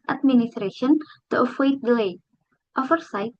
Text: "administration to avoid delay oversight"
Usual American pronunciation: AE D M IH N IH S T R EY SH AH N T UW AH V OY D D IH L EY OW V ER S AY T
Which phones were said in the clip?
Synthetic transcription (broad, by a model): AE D M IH N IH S T R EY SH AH N T UW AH W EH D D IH L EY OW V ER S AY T